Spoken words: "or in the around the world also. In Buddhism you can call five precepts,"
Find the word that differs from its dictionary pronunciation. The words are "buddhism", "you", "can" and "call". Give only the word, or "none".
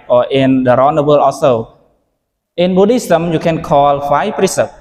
buddhism